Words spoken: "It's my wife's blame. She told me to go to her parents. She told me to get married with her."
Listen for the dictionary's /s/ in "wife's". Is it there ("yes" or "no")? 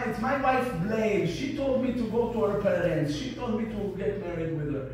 no